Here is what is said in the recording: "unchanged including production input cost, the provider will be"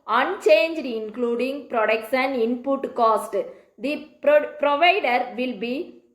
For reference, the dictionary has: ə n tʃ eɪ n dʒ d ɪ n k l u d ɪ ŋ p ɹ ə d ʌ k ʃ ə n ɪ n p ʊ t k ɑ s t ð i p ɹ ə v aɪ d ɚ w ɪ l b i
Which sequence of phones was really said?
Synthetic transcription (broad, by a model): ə n tʃ eɪ n dʒ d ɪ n k l u d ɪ ŋ p ɹ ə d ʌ k s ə n ɪ n p ʊ t k ɑ s t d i p ɹ ə v aɪ d ɚ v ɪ l b i